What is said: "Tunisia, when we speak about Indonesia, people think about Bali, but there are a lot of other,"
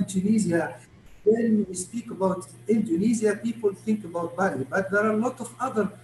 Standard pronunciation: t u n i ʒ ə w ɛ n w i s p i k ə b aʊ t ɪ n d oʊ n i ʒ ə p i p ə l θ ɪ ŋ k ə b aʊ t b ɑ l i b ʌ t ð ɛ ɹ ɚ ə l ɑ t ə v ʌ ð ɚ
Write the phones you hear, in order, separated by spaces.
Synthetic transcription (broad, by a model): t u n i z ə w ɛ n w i s p i k ə b aʊ t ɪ n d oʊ n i z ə p i p ə l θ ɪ ŋ k ə b aʊ t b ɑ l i b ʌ t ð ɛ ɹ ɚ ə l ɑ t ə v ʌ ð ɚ